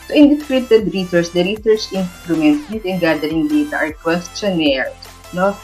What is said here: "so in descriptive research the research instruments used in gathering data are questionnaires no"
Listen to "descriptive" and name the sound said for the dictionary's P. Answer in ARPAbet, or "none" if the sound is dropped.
none